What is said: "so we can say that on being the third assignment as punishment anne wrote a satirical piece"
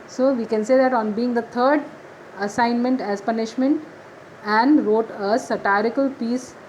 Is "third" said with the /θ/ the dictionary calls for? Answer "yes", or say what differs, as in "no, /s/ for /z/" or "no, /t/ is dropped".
no, /t/ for /θ/